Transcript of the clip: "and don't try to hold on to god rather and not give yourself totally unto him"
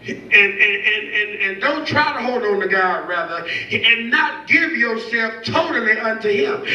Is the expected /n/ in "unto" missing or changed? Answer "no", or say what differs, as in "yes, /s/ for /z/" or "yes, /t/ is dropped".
no